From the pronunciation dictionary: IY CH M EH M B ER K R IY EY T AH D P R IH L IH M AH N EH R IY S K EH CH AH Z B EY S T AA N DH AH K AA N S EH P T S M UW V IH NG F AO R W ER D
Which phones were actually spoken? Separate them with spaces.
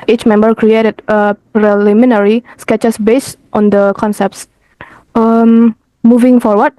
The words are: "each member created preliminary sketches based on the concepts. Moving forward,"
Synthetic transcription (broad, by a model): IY CH M EH M B ER K R IY EY T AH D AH R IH L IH M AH N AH R IY S K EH CH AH S B EY S T AA N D AH K AA N S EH P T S M UW V IH NG F AO R W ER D